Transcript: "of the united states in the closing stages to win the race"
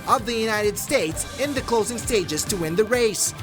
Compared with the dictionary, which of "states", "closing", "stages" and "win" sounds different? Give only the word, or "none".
none